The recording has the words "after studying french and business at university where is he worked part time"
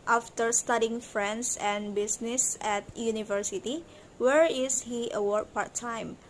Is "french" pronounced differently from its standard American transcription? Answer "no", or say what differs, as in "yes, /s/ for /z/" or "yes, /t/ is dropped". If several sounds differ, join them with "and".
yes, /s/ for /tʃ/